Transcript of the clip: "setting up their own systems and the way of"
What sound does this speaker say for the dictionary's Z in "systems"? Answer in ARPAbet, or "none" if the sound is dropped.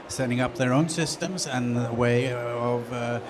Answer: Z